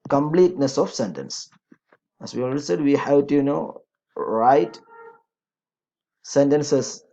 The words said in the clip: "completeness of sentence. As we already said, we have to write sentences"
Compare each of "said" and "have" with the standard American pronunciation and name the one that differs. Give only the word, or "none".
have